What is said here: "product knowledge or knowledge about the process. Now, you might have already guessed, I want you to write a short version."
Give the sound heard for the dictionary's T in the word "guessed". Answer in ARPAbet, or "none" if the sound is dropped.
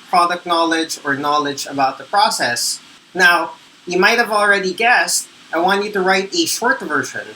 T